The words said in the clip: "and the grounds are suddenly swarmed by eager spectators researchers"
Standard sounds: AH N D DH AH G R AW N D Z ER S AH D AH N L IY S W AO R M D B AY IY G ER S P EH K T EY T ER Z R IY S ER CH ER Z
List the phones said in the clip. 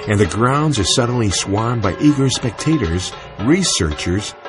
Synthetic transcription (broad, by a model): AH N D DH AH G R AW N D Z ER S AH D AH N L IY S W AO R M B AY IY G ER S P EH K T EY T ER Z R IY S ER CH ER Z